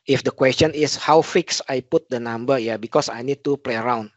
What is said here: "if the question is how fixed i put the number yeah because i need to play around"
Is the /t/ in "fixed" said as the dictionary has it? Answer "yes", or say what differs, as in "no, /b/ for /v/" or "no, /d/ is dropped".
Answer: no, /t/ is dropped